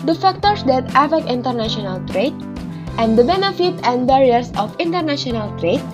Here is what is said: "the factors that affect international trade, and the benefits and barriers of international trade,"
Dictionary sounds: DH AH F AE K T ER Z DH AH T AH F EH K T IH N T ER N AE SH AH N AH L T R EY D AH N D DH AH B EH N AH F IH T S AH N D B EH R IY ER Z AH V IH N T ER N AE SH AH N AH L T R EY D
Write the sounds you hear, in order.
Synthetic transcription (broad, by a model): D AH F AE K T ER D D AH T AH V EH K IH N T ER N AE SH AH N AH L T R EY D AH N D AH B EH N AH F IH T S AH N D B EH R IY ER S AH F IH N T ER N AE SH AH N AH L T R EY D